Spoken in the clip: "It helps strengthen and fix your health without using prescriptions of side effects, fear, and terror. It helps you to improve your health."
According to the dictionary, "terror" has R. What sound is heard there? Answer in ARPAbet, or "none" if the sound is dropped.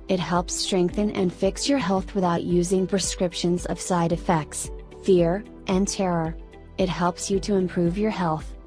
R